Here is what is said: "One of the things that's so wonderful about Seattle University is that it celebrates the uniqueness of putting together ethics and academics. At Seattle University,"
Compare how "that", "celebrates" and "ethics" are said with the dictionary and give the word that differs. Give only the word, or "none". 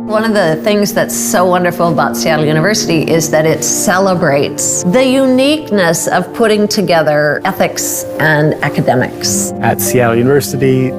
none